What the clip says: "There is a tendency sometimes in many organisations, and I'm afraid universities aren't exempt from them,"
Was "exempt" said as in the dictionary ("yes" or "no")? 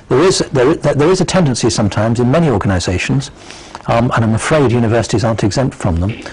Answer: yes